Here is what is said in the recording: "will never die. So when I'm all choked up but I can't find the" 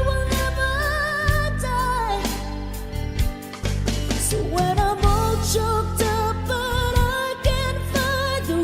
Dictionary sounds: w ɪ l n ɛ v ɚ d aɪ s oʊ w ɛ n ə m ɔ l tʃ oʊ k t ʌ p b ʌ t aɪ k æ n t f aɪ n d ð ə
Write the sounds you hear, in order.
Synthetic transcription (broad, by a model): w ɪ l n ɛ v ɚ d aɪ s oʊ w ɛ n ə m ɔ l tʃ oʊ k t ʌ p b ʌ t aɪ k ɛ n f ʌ d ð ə